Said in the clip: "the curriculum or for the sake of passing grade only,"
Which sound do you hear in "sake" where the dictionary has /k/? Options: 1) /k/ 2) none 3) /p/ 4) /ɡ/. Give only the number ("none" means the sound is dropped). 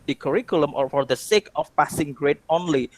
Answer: 1